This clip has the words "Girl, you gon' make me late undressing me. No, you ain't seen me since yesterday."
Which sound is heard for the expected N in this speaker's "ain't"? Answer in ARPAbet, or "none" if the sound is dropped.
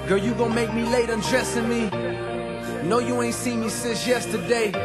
N